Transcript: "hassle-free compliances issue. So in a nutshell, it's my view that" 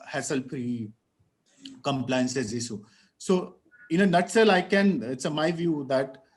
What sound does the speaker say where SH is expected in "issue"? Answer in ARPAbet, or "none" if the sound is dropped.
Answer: S